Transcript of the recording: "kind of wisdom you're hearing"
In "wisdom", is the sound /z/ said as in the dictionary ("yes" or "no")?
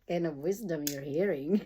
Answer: yes